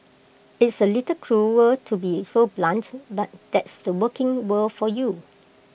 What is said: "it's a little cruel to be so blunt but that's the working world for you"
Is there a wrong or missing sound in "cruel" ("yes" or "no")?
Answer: yes